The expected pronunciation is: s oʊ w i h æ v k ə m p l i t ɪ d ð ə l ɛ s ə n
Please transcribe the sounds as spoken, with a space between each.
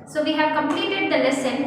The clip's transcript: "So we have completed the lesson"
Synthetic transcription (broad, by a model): s oʊ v i h æ v k ə m p l i t ɪ d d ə l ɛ s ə n